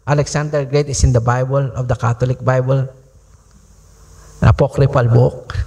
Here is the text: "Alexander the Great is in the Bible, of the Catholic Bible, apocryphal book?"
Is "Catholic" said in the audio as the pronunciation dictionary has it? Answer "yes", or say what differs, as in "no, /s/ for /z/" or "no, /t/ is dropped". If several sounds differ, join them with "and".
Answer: no, /t/ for /θ/